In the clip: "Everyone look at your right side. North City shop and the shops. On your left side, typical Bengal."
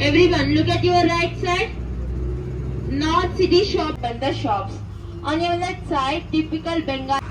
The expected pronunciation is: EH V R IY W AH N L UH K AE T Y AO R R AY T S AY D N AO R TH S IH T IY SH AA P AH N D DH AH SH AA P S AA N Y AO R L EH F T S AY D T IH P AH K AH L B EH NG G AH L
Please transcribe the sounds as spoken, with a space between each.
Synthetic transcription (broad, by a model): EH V R IY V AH N L UH K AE T Y AO R R AY T S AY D N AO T S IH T IY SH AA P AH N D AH SH AA P S AA N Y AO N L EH T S AY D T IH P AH K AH L B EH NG G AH